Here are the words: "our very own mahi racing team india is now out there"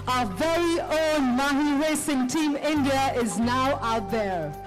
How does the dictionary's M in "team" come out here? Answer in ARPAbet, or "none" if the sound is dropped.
M